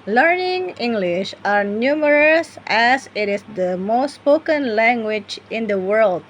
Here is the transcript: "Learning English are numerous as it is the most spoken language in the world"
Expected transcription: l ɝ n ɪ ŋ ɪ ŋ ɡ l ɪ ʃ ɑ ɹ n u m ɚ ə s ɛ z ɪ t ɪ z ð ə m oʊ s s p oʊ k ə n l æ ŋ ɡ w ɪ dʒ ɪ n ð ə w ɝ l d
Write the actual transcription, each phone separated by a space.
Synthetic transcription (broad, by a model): l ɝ n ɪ ŋ ɪ ŋ ɡ l ɪ ʃ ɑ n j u m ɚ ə s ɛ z ɪ t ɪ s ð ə m oʊ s s p oʊ k ə n l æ ŋ ɡ w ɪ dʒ ɪ n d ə w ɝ l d